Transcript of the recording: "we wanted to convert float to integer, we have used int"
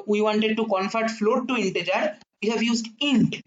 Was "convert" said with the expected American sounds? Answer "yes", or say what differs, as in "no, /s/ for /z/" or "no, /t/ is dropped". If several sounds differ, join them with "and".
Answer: no, /f/ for /v/